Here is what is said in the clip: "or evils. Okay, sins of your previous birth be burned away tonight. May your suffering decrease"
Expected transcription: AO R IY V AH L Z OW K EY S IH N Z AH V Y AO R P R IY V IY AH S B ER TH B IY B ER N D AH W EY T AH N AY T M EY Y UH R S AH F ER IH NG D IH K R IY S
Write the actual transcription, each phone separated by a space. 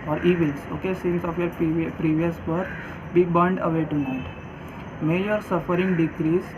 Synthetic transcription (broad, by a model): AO R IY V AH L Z OW K EY S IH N S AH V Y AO R P R IY V IY AH S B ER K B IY B ER N D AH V EY T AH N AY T M EY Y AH R S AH F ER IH NG D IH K R IY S